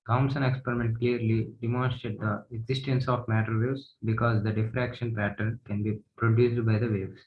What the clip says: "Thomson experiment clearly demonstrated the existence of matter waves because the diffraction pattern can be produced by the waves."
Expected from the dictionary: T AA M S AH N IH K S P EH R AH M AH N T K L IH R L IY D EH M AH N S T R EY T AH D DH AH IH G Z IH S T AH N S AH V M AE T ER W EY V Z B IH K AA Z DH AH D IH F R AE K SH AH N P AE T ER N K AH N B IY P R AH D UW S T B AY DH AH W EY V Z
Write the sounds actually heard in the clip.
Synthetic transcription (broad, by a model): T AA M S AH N IH K S P EH R AH M AH N T K L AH R L IY D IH M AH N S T T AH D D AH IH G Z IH S T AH N S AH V M AE T ER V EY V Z B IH K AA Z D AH D IH F R AE K SH AH N P AE T ER N K AH N B IY P R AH D UW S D B AY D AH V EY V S